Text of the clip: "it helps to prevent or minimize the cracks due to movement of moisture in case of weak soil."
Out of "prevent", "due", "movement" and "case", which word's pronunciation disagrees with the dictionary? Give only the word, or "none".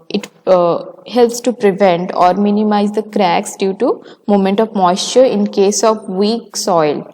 movement